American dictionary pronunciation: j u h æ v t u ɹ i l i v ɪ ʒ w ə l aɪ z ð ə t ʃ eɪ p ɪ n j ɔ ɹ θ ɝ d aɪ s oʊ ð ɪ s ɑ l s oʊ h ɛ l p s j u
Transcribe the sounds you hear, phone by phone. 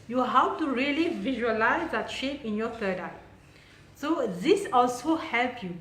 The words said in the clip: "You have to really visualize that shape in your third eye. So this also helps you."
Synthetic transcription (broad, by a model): j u h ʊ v t u ɹ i l i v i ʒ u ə l aɪ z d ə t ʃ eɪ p ɪ n j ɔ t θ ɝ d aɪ s oʊ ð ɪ s ɑ l s oʊ h ɛ l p j u